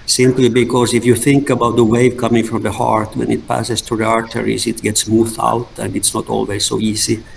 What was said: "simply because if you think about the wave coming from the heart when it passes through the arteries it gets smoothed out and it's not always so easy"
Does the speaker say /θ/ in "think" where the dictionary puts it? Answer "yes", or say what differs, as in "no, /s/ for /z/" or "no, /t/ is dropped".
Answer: yes